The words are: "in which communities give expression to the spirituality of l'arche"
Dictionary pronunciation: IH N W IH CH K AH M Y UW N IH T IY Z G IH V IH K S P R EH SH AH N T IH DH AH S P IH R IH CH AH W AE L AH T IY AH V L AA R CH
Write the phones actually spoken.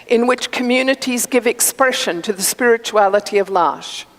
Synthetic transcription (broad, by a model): IH N W IH CH K AH M Y UW N IH T IY Z G IH V IH K S P R EH SH AH N T IH DH AH S P IH R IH CH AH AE L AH T IY AH V L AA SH